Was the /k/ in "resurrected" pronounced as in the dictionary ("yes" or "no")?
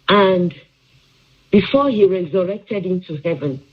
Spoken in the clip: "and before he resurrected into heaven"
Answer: yes